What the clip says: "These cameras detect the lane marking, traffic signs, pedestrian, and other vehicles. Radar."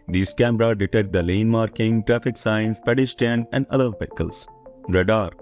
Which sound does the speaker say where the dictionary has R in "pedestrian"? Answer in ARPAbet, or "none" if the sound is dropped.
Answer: none